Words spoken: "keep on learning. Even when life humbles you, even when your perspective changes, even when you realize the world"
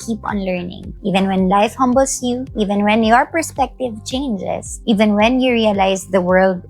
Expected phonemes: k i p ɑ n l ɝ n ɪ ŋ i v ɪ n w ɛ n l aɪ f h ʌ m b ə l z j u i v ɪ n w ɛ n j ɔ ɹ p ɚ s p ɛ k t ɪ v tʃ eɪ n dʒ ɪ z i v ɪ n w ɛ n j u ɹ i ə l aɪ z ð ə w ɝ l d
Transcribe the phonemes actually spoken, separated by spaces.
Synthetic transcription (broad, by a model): k i p ɑ n l ɝ n ɪ ŋ i v ɪ n w ɛ n l aɪ f h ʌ m b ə l s j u i v ɪ n w ɛ n j ɔ ɹ p ɚ s p ɛ k t ɪ v tʃ eɪ n dʒ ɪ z i v ɪ n w ɛ n j u ɹ i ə l aɪ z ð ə w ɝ l d